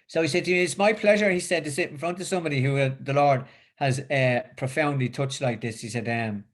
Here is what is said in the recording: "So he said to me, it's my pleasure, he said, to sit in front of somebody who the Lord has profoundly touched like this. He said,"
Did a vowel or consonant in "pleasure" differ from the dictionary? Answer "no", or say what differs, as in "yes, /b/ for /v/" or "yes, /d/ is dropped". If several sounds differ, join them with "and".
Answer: no